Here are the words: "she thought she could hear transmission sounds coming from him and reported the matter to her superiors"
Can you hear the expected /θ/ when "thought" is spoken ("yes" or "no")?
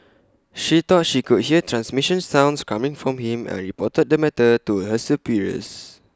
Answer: no